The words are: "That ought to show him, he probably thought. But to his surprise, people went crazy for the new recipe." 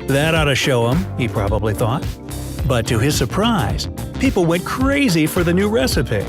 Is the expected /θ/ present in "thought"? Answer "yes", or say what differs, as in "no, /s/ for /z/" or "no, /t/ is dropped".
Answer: yes